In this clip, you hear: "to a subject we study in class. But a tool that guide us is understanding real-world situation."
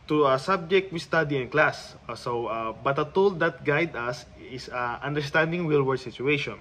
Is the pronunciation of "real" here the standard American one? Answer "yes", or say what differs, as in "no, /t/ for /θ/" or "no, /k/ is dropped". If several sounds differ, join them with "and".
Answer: no, /w/ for /ɹ/